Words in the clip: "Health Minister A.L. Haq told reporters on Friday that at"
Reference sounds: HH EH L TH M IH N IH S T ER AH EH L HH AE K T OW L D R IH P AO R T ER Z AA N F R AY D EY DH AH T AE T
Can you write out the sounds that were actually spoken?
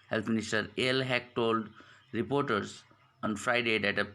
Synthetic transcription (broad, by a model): HH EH L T M IH N IH S T ER AH L HH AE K T OW L D R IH P AO R T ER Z AA N F R AY D EY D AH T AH